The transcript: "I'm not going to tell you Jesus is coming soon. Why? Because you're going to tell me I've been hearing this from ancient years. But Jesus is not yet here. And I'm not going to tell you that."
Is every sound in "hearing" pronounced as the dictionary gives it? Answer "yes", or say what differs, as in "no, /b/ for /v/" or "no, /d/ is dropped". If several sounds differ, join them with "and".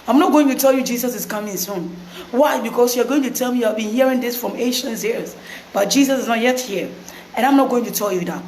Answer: yes